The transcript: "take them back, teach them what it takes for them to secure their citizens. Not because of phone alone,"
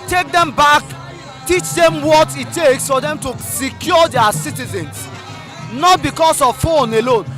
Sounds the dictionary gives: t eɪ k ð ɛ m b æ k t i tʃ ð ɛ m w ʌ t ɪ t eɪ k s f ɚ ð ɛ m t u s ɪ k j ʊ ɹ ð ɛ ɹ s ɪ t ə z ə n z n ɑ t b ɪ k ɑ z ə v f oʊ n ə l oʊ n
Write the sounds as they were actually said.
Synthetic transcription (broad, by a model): t eɪ k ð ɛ m b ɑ k t i tʃ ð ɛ m w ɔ t ɪ t eɪ k s f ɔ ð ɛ m t u s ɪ k j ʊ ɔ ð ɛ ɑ s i t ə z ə n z n ɑ t b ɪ k ɑ s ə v f oʊ n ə l oʊ n